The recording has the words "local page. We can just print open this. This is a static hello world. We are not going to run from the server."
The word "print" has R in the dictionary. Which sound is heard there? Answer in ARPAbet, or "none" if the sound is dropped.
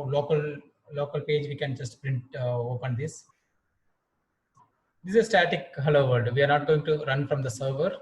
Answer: R